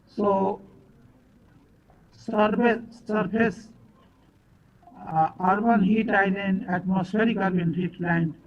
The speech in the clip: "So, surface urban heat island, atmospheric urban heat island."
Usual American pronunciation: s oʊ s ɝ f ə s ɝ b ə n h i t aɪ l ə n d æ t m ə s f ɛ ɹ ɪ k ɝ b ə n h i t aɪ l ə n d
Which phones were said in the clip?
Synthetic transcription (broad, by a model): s oʊ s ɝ p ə s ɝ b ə n h i t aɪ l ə n æ t m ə s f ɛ ɹ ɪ k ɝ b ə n h i t l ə n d